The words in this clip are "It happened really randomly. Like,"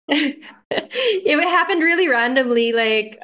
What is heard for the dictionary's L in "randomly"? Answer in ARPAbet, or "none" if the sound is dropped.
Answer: L